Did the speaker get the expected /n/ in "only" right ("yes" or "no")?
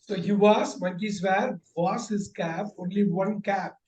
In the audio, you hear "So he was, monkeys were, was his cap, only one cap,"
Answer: yes